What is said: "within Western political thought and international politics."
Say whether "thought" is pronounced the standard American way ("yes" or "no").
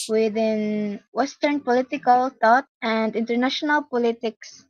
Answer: no